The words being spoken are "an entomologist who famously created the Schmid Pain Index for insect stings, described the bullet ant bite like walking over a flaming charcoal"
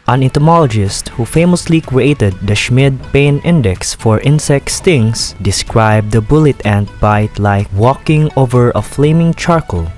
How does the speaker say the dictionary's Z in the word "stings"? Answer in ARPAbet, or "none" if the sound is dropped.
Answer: S